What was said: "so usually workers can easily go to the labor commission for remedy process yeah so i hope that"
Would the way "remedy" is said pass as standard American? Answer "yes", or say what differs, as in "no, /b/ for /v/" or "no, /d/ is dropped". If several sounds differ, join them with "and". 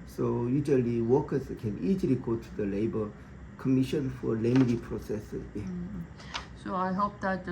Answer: no, /l/ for /ɹ/